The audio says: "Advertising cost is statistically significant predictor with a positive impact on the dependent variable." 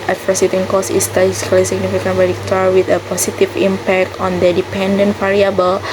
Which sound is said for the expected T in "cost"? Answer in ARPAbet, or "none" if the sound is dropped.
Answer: none